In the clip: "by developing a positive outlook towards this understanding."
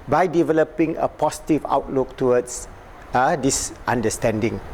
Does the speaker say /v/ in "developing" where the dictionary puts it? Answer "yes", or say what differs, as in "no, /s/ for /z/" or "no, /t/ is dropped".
yes